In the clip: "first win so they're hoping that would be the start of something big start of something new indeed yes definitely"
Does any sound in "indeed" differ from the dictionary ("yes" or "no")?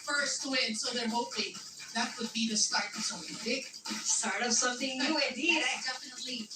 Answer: yes